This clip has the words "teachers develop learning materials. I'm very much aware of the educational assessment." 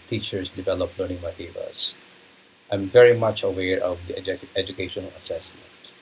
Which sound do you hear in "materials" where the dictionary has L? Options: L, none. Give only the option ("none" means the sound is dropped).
none